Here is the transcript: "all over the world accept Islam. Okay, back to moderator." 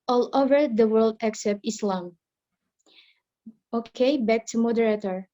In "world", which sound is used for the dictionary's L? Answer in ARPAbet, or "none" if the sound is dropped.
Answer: L